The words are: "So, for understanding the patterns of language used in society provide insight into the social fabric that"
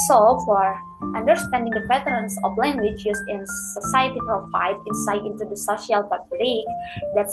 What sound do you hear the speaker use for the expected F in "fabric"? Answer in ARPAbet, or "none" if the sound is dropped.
P